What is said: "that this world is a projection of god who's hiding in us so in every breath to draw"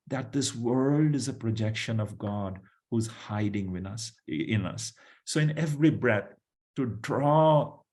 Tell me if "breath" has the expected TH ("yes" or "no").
no